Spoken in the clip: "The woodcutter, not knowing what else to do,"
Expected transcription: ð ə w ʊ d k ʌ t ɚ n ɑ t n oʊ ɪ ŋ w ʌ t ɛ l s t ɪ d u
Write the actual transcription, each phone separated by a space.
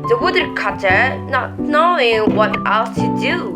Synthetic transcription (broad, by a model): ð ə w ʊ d k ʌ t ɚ n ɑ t n oʊ ɪ ŋ w ʌ t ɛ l t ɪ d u